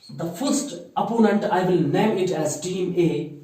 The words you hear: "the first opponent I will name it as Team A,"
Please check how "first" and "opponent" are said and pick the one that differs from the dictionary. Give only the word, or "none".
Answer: none